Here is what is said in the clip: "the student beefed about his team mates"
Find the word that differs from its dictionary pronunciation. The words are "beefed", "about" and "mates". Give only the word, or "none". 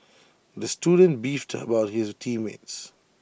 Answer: none